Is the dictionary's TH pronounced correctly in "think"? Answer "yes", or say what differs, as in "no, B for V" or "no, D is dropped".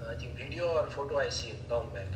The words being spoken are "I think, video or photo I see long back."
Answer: no, T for TH